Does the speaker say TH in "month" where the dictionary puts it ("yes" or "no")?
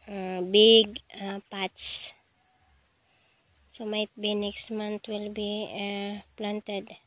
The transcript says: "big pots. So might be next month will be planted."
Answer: no